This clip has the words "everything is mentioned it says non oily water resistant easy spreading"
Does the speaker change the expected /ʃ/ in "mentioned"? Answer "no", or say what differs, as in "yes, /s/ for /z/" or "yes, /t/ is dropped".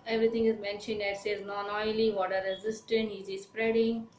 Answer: no